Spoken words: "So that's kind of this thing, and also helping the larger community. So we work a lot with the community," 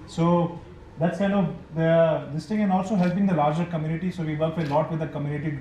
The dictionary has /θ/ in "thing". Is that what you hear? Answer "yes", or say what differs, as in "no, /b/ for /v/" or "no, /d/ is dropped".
no, /t/ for /θ/